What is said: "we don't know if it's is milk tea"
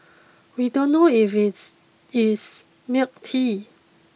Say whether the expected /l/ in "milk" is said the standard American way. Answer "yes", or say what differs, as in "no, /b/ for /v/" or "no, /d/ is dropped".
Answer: no, /l/ is dropped